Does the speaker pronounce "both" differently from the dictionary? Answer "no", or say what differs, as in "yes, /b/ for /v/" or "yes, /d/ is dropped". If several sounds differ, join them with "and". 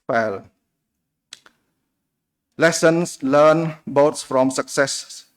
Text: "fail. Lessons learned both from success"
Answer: yes, /s/ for /θ/